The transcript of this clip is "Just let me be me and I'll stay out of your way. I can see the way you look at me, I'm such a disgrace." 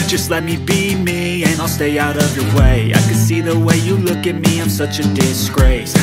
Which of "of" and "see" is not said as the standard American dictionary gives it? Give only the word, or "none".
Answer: none